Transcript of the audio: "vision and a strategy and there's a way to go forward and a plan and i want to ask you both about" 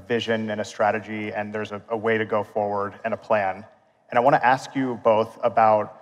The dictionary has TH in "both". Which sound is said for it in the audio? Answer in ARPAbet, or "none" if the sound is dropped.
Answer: TH